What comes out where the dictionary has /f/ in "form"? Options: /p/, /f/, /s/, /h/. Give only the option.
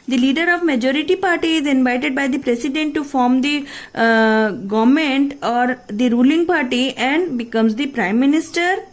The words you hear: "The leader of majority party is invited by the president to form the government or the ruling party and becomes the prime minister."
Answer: /f/